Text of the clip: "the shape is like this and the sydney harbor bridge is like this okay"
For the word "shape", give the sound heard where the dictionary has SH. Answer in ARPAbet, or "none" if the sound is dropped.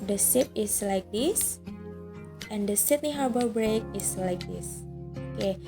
S